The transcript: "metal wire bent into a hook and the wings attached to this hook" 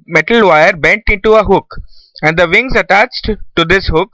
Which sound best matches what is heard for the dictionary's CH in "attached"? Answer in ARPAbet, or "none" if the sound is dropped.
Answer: CH